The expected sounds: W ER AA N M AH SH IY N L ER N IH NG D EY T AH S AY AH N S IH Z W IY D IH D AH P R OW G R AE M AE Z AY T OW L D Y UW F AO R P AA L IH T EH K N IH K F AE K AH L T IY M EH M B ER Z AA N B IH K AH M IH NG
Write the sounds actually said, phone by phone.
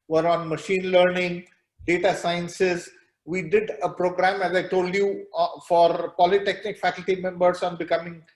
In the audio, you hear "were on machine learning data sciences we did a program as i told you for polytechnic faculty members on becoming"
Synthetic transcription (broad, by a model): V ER AA N M AH SH IY N L ER N IH NG D EY T AH S AY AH N S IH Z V IY D IH D AH P R OW G R AE M AE Z AY T OW L D Y UW F AO R P AA L IH T EH K N IH K F AE K AH L T IY M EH M B ER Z AA N B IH K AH M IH NG